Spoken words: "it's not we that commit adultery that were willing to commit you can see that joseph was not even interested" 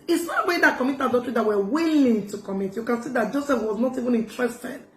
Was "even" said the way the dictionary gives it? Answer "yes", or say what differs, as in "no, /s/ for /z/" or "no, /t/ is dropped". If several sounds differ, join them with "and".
yes